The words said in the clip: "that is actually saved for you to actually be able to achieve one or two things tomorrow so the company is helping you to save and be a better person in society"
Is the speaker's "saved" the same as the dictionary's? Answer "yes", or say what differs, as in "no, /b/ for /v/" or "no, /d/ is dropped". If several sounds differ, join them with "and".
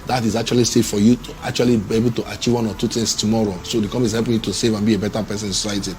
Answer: no, /v/ is dropped